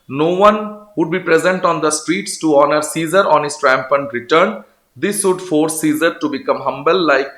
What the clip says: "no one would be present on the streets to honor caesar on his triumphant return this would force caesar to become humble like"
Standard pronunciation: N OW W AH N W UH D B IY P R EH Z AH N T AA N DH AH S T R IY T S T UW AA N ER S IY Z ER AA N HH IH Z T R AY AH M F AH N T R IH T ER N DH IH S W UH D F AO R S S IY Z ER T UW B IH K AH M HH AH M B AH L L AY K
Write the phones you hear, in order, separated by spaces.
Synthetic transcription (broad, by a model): N OW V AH N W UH D B IY P R EH Z AH N T AA N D AH S T R IY T S T UW AA N ER S IY Z ER AA N HH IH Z T R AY M P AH N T R IH T ER N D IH S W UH D F AO R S S IY Z ER T UW B IH K AH M HH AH M B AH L L AY K